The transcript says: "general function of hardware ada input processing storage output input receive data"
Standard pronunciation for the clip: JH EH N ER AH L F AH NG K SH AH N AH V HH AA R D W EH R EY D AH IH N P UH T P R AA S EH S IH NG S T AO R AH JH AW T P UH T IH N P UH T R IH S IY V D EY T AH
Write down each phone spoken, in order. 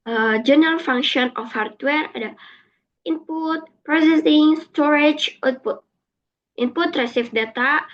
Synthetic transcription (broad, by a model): JH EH N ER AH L F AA NG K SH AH N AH F HH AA R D W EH R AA D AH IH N P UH T P R AA S EH S IH NG S T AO R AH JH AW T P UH T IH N P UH T R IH S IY F D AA T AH